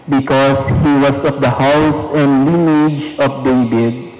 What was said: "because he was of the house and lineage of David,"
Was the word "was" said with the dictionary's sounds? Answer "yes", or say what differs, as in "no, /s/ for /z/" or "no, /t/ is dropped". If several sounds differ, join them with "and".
no, /s/ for /z/